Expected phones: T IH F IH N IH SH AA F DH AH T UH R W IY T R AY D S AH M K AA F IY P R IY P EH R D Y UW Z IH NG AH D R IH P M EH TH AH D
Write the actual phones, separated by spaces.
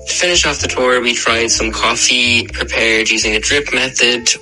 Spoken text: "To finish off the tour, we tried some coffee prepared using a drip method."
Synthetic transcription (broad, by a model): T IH F IH N IH SH AA F DH AH T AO R W IY T R AY D S AH M K AA F IY P R IY P EH R D Y UW Z IH NG AH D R IH P M EH TH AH D